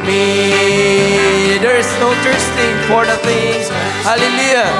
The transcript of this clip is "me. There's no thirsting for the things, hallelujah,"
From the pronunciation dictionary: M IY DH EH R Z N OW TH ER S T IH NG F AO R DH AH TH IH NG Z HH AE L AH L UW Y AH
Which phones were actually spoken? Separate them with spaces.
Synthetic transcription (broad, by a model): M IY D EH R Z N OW T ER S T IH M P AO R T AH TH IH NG HH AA L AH L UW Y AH